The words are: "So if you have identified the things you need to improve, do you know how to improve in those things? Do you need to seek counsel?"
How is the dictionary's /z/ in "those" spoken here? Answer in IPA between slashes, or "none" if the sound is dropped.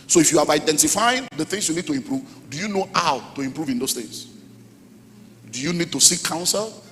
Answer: /s/